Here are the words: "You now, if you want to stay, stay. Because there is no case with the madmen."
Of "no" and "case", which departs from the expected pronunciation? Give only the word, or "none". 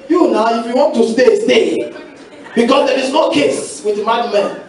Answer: none